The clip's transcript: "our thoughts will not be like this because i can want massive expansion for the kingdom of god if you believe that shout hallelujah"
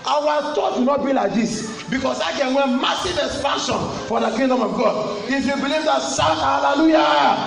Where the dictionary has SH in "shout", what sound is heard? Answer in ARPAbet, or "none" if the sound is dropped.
S